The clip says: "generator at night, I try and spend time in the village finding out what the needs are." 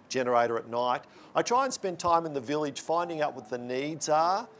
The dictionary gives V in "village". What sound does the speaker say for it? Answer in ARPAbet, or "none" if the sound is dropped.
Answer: V